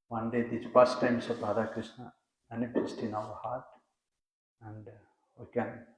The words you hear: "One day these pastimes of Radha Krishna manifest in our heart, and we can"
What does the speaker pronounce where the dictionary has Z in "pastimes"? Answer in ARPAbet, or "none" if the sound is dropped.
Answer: S